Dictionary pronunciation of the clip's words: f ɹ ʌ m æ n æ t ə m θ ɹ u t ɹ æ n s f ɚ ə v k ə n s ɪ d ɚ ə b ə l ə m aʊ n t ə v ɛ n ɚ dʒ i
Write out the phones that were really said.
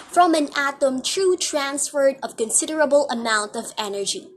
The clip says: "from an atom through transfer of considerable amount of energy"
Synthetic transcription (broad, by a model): f ɹ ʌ m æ n æ t ə m t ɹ u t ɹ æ n s f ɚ ə v k ə n s ɪ d ɚ ə b ə l ə m aʊ n t ə v ɛ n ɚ dʒ i